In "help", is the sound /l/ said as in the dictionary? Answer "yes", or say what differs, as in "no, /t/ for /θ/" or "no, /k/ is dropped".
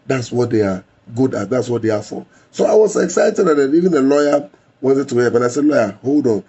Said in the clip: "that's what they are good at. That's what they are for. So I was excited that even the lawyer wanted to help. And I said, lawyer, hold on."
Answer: no, /l/ is dropped